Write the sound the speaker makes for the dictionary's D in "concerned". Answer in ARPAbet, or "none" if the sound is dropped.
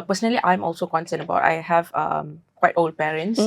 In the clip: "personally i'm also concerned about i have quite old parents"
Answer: none